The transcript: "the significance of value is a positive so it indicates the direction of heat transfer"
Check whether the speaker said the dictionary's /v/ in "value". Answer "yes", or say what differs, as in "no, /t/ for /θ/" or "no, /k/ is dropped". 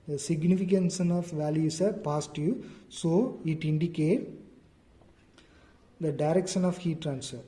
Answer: yes